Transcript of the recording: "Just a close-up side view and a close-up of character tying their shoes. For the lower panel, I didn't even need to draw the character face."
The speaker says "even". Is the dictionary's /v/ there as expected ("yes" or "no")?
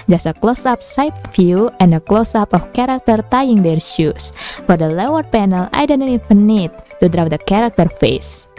no